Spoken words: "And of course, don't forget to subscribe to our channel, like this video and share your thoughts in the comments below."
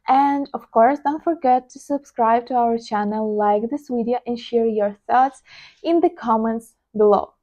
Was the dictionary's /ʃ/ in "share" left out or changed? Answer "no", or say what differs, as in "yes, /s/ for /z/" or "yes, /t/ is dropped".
no